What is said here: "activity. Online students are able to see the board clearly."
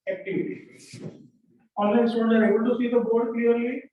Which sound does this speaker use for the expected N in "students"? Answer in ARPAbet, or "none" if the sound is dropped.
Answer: none